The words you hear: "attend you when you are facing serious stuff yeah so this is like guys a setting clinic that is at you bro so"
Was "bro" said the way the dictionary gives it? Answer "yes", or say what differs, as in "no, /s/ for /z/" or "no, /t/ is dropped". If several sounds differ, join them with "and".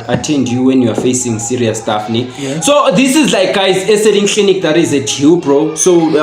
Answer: yes